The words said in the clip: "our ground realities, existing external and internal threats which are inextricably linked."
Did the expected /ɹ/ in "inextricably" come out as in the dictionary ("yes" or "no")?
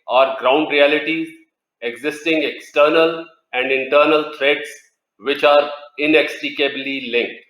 no